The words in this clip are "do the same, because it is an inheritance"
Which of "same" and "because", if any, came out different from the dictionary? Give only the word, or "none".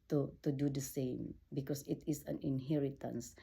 because